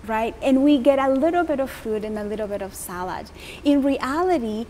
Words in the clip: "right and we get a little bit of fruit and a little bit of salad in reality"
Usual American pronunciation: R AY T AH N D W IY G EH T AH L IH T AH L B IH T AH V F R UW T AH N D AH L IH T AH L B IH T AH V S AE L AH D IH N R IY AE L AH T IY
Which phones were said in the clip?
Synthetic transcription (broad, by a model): R AY T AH N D W IY G EH T AH L IH T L B IH T AH V F UW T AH N AH L IH T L B IH T AH V S AE L AH D IH N R IY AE L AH T IY